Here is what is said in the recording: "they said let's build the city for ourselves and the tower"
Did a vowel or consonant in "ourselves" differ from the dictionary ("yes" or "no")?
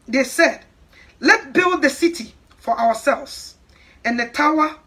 yes